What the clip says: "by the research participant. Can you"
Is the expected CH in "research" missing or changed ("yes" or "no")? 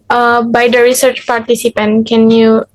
no